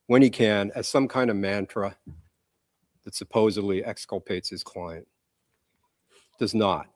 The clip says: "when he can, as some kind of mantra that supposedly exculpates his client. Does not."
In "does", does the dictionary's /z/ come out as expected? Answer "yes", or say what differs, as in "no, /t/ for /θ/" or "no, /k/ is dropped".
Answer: yes